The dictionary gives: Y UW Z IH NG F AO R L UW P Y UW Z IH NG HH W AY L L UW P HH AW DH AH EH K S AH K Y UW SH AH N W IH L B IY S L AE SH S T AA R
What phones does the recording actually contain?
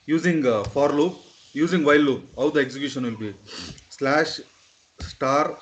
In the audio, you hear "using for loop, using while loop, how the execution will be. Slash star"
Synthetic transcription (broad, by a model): Y UW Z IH NG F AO R L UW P Y UW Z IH NG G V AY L L UW P HH AW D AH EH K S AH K Y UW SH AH N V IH L B IY S L AE SH S T AA R